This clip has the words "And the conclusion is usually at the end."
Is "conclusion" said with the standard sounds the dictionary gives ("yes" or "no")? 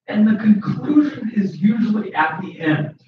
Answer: yes